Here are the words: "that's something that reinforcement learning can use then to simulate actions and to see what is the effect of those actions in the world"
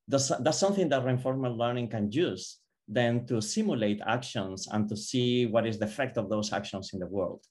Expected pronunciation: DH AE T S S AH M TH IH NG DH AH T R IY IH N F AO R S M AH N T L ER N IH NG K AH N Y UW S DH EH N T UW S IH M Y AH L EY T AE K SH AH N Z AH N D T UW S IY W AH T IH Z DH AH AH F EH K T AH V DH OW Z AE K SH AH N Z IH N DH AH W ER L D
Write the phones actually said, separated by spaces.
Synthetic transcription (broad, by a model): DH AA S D S AH M TH IH NG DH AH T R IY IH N F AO R M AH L L ER N IH NG K AH N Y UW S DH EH N T UW S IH M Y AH L EY T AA K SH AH N S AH N T UW S IY W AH T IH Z DH AH AH F EH K T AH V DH OW S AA K SH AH N S IH N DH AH W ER L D